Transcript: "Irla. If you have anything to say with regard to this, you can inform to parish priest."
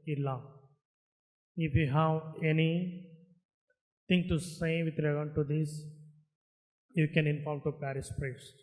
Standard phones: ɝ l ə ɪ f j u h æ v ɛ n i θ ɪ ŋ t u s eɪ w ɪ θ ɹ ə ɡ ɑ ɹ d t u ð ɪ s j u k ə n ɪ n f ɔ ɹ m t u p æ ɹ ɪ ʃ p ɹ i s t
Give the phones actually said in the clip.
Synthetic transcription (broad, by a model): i l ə ɪ f j u h æ v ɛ n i t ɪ ŋ t u s eɪ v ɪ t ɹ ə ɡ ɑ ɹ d t u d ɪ s j u k ə n ɪ n f ɔ ɹ m t u p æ ɹ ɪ s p ɹ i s